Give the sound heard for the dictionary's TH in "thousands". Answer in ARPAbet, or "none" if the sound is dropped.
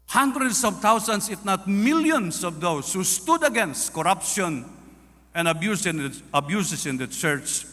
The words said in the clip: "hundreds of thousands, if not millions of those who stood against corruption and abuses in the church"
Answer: T